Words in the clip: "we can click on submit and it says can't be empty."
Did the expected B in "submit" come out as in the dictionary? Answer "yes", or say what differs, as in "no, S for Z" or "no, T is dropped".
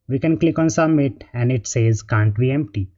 no, B is dropped